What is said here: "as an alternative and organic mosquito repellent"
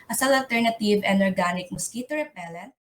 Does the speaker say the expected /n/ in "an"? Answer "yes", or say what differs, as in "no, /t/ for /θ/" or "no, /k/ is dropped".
no, /l/ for /n/